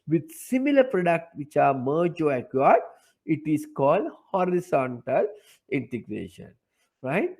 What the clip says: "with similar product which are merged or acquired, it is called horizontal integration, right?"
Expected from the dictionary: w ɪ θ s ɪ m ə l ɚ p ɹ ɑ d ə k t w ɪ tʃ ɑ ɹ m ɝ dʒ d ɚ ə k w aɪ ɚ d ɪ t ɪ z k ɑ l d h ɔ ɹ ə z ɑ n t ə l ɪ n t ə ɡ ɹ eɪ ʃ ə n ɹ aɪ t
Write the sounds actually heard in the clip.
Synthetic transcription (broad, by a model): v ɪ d s ɪ m ə l ɚ p ɹ ɑ d ə k t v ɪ tʃ ɑ ɹ m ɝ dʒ ɔ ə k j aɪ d ɪ t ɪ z k ɑ l d h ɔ ɹ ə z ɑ n t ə l ɪ n t ə ɡ ɹ eɪ ʃ ə n ɹ aɪ t